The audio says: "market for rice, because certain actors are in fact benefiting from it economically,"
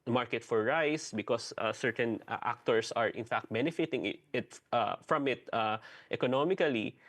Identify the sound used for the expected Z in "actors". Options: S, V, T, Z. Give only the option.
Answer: S